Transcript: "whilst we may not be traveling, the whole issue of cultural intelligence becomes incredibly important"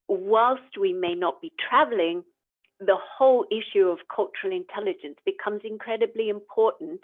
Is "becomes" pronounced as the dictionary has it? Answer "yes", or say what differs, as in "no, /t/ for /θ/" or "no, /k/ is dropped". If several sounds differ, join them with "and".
yes